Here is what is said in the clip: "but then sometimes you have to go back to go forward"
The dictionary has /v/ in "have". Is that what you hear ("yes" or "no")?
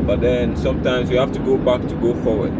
no